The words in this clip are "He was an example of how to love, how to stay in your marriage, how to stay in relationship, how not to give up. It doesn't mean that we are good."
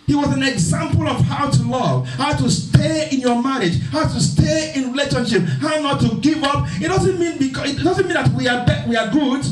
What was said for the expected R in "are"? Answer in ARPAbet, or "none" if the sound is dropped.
W